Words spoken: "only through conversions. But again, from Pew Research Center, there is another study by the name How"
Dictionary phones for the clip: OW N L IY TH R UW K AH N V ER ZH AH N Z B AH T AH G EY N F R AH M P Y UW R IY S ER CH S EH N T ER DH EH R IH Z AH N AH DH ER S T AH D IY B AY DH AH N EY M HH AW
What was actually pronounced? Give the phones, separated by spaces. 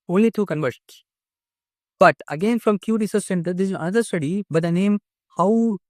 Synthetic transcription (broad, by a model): OW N L IY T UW K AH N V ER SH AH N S B AH T AH G EY N F R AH M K Y UW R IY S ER S S EH N T ER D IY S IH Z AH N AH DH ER S T AH D IY B AY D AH N EY M HH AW